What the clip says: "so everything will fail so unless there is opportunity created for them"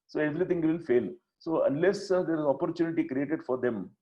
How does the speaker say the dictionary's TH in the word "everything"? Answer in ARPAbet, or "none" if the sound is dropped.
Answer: T